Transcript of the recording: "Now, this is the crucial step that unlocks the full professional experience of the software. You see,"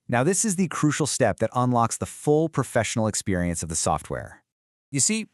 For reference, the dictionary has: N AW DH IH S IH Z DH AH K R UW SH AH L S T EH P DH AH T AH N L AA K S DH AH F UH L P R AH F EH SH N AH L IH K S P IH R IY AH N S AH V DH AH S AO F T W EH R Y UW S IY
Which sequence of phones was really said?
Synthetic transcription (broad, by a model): N AW DH IH S IH Z DH AH K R UW SH L S T EH P DH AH T AH N L AA K S DH AH F UH L P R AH F EH SH N L IH K S P IH R IY AH N S AH V DH AH S AO F T W EH R Y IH S IY